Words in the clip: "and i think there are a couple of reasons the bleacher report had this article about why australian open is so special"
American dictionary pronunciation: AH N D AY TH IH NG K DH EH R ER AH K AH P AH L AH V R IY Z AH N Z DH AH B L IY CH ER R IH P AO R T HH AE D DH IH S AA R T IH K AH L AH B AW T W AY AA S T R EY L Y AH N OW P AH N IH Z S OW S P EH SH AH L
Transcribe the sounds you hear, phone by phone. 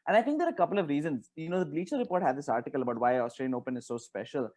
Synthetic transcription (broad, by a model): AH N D AY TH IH NG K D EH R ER AH K AH P AH L AH V R IY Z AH N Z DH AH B L IY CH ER R IH P AO R T HH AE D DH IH S AA R T IH K AH L AH B AW T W AY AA S T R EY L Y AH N OW P AH N IH Z S OW S P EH SH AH L